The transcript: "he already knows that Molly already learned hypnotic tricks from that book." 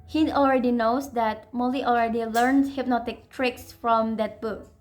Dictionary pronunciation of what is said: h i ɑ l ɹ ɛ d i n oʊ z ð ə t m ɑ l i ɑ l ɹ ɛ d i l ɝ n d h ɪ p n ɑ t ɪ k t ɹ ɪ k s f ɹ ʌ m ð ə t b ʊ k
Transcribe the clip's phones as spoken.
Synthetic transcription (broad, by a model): h i ɑ l ɹ ɛ d i n oʊ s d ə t m ɑ l i ɑ l ɹ ɛ d i l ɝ n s h ɪ p n ɑ t ɪ k t ɹ ɪ k s f ɹ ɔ m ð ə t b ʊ k